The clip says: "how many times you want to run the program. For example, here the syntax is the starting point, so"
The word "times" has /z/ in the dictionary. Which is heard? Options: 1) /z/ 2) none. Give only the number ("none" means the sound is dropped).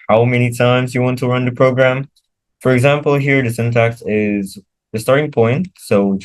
1